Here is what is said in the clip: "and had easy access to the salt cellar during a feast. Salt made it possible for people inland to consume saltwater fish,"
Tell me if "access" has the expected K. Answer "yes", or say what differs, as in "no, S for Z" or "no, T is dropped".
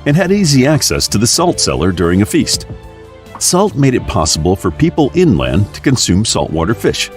yes